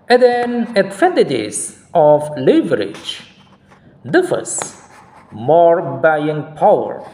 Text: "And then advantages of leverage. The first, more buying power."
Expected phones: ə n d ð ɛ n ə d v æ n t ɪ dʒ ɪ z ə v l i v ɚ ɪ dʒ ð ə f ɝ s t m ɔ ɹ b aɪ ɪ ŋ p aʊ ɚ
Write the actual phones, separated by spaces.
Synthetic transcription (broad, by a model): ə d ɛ n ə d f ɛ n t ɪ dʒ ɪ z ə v l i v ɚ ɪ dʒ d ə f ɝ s m ɔ ɹ b aɪ ɪ ŋ p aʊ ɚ